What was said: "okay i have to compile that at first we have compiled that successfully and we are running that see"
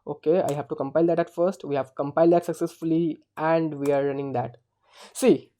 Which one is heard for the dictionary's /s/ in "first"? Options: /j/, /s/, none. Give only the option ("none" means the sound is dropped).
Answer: /s/